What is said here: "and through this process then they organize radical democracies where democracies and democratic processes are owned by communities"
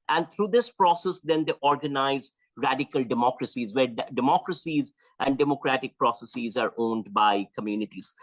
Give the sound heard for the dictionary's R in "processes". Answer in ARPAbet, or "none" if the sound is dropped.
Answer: R